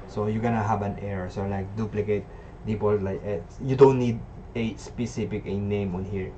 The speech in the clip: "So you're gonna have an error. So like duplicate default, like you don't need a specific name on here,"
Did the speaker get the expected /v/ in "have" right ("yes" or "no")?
no